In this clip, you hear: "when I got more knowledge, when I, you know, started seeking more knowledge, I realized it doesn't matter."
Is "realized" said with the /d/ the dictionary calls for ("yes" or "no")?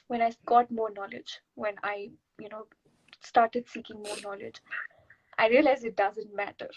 no